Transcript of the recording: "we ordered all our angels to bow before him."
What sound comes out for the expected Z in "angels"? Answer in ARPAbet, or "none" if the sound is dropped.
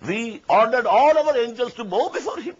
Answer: S